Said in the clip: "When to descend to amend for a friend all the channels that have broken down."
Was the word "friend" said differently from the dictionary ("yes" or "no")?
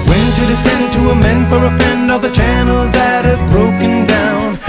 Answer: yes